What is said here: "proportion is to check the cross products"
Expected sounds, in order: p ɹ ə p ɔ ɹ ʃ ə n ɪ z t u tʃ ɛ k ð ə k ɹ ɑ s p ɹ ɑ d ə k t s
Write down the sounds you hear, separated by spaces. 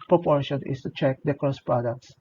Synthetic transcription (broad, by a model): p ɹ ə p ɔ ɹ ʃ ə n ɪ s t u tʃ ɛ k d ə k ɑ s p ɹ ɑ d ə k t s